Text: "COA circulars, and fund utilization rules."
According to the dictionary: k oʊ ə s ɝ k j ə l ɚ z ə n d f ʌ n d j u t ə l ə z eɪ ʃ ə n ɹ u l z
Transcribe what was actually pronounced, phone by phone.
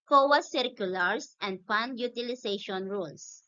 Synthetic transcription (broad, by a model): k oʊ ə s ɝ k j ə l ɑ s ə n d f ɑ n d j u t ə l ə s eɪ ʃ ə n ɹ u l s